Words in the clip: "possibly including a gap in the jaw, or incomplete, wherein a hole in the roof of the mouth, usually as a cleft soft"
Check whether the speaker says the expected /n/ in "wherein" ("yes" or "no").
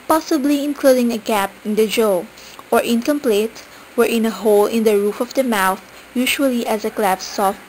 yes